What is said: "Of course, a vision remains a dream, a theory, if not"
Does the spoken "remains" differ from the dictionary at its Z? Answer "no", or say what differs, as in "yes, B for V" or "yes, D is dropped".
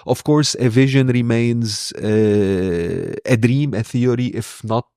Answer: no